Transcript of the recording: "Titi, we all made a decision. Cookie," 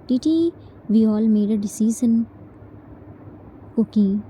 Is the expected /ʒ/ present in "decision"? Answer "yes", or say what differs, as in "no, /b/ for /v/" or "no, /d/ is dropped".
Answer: no, /z/ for /ʒ/